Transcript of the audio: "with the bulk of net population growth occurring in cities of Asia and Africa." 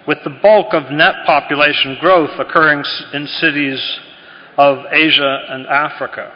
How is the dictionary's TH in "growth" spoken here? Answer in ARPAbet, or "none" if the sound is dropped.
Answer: TH